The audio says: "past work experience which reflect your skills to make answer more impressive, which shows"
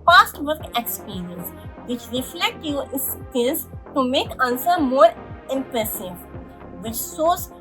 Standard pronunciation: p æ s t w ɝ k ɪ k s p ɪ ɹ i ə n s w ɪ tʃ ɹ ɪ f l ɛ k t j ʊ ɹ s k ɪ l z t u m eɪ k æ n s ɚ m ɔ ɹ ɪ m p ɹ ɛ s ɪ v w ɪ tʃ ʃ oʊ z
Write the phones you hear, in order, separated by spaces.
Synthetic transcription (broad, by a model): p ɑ s t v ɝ k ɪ k s p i ɹ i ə n s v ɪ tʃ ɹ ɪ f l ɛ k t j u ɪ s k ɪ z t u m eɪ k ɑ n s ɚ m ɔ ɹ ɪ m p ɹ ɛ s ɪ v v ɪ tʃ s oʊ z